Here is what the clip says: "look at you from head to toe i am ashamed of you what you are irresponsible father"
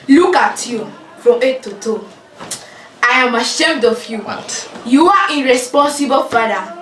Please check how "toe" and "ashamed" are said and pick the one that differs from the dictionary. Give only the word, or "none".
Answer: none